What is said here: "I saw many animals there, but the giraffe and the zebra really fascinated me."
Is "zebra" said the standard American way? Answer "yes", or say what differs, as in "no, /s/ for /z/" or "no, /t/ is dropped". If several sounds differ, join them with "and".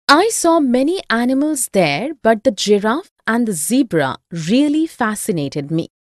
yes